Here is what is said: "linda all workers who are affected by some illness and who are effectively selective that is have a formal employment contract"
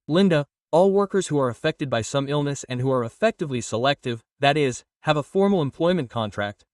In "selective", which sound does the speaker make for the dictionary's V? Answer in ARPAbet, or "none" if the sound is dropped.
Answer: V